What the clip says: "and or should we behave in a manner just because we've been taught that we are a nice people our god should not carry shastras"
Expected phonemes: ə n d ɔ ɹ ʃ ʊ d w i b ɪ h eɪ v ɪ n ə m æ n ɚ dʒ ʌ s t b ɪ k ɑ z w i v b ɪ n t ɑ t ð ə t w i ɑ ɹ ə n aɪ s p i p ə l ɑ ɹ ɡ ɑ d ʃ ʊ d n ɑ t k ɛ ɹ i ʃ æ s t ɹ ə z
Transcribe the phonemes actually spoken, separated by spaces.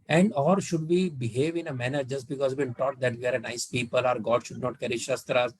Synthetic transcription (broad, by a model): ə n d ɔ ɹ ʃ ʊ d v i b ɪ h eɪ v ɪ n ə m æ n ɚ dʒ ʌ s t b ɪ k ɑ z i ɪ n t ɑ t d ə t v i ɑ ɹ ə n aɪ s p i p ə l ɑ ɹ ɡ ɑ d ʃ ʊ d n ɑ t k ɛ ɹ i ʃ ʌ s t ɹ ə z